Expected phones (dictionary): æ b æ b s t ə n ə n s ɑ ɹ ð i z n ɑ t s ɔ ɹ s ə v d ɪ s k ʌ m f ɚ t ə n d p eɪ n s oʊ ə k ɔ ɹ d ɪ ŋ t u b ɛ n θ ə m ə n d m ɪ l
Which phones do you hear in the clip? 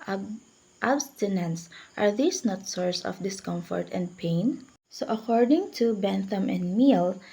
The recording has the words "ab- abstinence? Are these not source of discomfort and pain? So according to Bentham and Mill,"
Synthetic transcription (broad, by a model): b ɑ b s t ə n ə n s ɑ ɹ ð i s n ɑ t s ɔ ɹ s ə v d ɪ s k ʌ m f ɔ t ə n d p eɪ n s oʊ ə k ɔ ɹ d ɪ ŋ t u b ɛ n θ ə m ə n d m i l